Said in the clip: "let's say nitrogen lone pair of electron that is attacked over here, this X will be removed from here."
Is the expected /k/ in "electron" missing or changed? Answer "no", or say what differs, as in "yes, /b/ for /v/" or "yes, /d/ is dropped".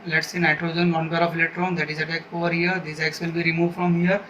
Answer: yes, /k/ is dropped